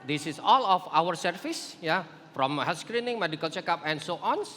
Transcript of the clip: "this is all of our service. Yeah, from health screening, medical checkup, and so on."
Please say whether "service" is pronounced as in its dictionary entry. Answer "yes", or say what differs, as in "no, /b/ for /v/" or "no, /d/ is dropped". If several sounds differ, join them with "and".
no, /f/ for /v/